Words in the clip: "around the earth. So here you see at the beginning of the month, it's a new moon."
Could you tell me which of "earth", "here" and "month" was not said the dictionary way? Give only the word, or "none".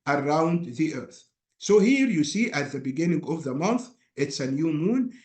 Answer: none